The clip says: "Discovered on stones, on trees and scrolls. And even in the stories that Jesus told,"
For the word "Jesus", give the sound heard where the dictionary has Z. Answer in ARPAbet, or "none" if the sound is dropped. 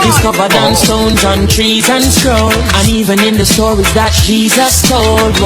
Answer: Z